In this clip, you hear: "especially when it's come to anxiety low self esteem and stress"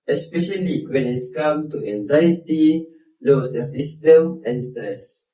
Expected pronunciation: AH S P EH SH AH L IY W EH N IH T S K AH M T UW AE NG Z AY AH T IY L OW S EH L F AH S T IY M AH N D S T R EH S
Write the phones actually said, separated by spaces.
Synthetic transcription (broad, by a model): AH S P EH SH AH L IY W EH N IH T S K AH M T UW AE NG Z AY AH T IY L OW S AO F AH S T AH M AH N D S T R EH S